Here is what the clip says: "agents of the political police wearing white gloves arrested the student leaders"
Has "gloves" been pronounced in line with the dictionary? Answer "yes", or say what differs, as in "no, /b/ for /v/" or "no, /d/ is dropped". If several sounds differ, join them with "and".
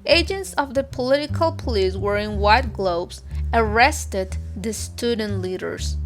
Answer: no, /b/ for /v/